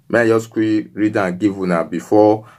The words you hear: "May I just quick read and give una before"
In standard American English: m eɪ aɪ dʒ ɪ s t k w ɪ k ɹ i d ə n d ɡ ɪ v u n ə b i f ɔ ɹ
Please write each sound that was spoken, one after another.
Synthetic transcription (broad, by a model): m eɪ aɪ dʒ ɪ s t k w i ɹ i d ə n ɡ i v u n ə b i f ɔ